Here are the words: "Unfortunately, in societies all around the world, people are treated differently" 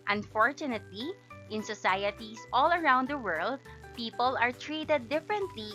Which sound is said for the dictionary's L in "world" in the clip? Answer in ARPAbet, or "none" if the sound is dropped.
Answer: L